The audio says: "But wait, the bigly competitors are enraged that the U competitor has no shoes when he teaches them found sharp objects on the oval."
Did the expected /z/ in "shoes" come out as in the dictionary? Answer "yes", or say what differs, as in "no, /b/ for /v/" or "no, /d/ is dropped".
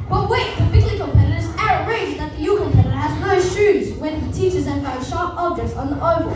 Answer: yes